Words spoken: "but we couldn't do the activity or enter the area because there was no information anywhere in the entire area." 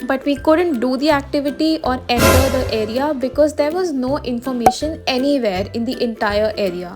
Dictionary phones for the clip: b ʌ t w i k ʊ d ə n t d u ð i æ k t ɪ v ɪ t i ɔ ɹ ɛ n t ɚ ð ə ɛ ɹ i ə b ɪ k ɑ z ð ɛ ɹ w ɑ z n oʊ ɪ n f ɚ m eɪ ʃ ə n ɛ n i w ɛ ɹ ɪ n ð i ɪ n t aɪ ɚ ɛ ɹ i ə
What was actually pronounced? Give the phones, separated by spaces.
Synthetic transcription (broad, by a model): b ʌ t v i k ʊ d ə n t d u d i æ k t ɪ v ɪ t i ɔ ɹ ɛ n t ɚ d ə ɛ ɹ i ə b ɪ k ɑ z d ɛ ɹ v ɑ z n oʊ ɪ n f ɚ m eɪ ʃ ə n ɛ n i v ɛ ɹ ɪ n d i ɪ n t aɪ ɚ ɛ ɹ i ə